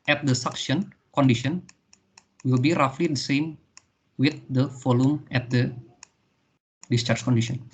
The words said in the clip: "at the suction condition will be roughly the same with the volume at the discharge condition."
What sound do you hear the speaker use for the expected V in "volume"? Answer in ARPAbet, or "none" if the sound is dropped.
F